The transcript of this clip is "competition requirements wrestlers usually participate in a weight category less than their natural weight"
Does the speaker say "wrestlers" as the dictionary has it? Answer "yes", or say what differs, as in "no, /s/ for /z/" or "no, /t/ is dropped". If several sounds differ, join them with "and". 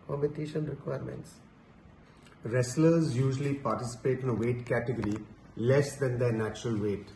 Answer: yes